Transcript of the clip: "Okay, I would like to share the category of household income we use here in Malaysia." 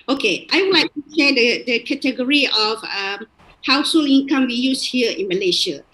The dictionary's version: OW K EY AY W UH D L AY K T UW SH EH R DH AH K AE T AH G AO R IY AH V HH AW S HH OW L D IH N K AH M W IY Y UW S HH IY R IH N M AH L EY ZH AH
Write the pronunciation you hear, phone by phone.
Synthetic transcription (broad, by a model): OW K EY AY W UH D L AY K T UW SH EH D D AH K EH T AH G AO R IY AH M HH AW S HH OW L IH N K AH M W IY Y UW S HH IY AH IH N M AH L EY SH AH